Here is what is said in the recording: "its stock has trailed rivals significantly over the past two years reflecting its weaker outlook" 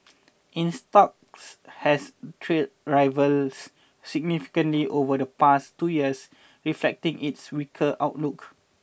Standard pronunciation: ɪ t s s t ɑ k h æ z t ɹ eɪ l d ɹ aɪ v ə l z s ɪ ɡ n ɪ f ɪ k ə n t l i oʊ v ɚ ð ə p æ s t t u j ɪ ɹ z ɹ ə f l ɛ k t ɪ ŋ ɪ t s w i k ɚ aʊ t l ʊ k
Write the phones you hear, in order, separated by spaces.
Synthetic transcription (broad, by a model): t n s t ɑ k h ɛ s t ɹ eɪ d ɹ aɪ v ə l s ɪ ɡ n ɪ f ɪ k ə n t l i oʊ v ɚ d ə p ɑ s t t u j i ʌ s ɹ ə f l ɛ k t ɪ ŋ ɪ t s w i k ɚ aʊ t l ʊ k